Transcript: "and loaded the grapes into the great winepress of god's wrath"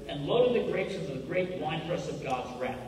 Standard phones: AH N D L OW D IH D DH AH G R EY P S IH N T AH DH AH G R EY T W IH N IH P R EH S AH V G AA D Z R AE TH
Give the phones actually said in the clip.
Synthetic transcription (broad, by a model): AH N L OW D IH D DH AH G R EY S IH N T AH DH AH G R EY T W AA IH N R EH S AH V G AA D Z R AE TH